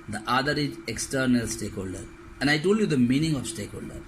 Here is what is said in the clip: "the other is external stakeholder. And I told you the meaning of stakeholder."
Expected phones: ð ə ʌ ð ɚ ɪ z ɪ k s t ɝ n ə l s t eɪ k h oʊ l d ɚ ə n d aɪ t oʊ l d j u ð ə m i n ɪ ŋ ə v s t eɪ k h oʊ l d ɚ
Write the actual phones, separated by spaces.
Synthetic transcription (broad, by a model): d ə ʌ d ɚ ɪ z ɪ k s t ɝ n ə l s t eɪ k h oʊ l d ɚ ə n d aɪ t oʊ l d j u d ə m i n ɪ ŋ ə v s t eɪ k h oʊ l d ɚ